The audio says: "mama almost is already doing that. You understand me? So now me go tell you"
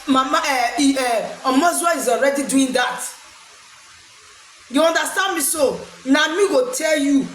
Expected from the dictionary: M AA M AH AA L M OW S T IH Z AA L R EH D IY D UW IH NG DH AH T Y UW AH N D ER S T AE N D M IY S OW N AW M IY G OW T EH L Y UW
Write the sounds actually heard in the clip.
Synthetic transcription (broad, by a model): M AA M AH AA M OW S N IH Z AA L R EH D IY D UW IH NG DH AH T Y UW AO N D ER S T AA N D M IY S OW N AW M IY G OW T EH L Y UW